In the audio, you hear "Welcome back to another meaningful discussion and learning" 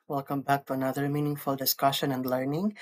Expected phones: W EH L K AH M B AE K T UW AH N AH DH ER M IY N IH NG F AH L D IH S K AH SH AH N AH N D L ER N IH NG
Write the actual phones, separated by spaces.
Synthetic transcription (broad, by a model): W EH L K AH M B AE K T UW AH N AH DH ER M IY N IH NG F AH L D IH S K AH SH AH N AH N D L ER N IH NG